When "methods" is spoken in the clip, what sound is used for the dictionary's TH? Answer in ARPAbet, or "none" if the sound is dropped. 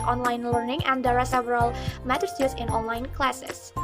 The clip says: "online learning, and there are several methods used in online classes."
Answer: T